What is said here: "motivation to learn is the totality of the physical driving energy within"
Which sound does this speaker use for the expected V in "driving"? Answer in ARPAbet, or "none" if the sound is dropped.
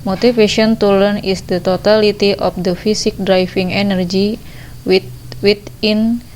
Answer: F